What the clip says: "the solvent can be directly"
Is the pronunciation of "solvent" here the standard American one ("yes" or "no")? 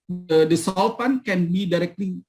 no